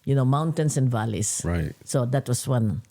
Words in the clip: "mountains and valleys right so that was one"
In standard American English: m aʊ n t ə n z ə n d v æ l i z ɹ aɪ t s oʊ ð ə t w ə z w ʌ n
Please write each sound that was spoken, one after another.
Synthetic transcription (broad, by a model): m aʊ n t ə n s ə n d v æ l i s ɹ aɪ t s oʊ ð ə t w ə s w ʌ n